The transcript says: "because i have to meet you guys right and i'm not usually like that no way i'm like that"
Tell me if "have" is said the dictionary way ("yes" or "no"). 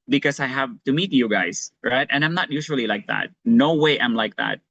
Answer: yes